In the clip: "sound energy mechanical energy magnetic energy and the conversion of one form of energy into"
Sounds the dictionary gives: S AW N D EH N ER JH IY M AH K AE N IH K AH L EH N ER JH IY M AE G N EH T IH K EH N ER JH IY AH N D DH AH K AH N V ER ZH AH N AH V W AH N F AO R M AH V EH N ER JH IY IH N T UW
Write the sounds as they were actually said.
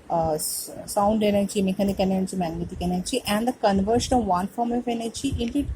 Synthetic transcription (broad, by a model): S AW N D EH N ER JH IY M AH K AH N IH K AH N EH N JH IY M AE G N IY T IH K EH N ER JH IY AH N D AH K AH N V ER SH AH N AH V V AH N F AO R M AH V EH N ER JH IY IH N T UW